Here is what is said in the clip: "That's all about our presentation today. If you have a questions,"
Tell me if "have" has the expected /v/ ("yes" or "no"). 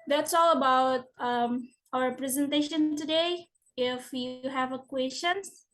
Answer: yes